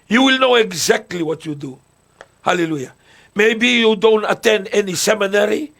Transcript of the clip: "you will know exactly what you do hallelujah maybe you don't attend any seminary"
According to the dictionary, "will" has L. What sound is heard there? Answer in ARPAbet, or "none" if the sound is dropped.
L